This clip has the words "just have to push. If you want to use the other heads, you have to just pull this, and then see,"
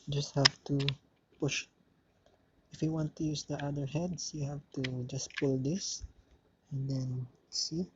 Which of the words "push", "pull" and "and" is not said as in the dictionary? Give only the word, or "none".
none